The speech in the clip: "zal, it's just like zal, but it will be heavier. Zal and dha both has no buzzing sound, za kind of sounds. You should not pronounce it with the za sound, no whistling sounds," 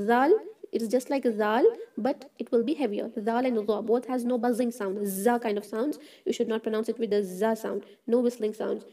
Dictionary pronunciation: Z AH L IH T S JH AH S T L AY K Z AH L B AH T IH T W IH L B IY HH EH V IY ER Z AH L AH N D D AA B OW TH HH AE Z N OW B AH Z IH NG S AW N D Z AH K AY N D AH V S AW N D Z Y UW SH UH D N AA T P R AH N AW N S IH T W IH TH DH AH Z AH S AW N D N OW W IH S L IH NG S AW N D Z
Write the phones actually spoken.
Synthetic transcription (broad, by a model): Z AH L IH T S JH AH S T L AY K Z AH L B AH T IH T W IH L B IY HH EH V IY ER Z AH L AH N D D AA B OW T HH AE Z N OW B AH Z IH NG S AW N D Z AH K AY N D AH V S AW N D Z Y UW SH UH D N AA T P R AH N AW N S IH T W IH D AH Z AH S AW N D N OW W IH S L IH NG S AW N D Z